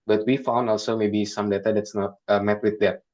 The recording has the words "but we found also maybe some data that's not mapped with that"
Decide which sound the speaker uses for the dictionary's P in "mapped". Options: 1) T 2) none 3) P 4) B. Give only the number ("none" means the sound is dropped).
2